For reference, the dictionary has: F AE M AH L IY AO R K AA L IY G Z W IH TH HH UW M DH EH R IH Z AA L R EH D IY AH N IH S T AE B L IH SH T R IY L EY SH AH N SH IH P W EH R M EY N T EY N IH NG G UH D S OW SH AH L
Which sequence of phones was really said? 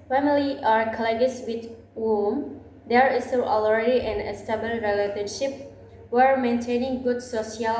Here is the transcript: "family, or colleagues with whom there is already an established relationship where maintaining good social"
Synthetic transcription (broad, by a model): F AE M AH L IY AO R K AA L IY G S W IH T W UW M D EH R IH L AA L R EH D IY AH N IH S T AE B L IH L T R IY L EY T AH N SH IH P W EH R M EY N T EY N IH NG G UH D S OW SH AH L